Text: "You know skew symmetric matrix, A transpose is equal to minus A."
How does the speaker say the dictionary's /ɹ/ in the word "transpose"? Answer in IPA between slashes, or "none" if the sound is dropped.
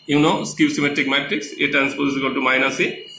none